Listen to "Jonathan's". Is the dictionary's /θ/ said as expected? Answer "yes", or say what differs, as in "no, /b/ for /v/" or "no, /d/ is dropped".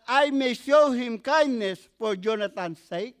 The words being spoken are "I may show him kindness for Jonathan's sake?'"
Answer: no, /t/ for /θ/